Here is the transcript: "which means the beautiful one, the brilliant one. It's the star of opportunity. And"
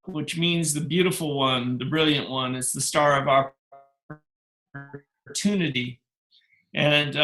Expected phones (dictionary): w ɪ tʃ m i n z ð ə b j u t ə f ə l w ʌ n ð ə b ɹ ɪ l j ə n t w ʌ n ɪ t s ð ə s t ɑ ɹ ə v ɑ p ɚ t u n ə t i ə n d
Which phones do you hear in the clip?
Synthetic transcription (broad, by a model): w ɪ tʃ m i n z ð ə b j u t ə f l w ʌ n ð ə b ɹ ɪ l j ə n t w ʌ n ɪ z ð ə s t ɑ ɹ ə v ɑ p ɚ t u n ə t i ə n